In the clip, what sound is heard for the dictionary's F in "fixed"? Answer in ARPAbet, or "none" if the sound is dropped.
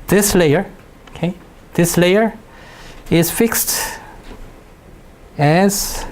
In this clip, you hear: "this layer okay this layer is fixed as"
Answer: F